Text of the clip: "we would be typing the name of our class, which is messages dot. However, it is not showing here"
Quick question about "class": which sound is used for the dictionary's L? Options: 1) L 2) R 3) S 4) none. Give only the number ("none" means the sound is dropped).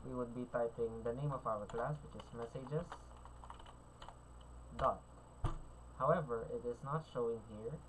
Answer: 1